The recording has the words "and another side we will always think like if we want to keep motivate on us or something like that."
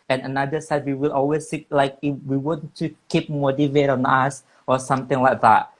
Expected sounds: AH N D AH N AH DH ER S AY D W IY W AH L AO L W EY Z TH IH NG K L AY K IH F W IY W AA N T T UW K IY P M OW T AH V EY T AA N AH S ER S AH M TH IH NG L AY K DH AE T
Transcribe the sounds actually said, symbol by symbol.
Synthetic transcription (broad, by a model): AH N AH N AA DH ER S AY D W IY W AH L AO L W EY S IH K L AY K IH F W IY W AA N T T UW K IY P M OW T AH V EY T AA N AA S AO S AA M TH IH NG L AY K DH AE T